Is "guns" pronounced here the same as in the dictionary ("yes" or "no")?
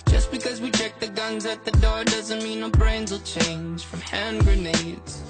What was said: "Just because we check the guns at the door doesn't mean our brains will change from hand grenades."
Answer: yes